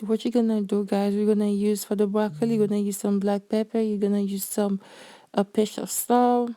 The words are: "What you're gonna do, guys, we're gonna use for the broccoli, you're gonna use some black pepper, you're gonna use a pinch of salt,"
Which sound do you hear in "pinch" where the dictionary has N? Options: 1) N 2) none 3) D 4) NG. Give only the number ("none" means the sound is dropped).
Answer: 2